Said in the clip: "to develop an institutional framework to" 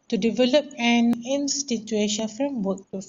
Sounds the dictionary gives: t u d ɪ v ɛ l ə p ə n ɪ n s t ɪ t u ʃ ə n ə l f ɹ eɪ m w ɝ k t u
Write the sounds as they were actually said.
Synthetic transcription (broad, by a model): t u d ɪ v ɛ l ə p ə n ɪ n s t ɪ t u ə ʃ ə n f ɹ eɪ m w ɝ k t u